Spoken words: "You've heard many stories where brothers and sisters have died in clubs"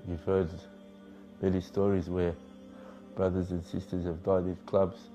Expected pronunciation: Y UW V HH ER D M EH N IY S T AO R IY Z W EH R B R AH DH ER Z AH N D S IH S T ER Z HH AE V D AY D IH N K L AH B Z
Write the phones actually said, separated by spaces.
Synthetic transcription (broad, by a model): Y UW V HH ER D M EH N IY S T AO R IY Z W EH R B R AH DH ER Z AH N S IH S T ER Z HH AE V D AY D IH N K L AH B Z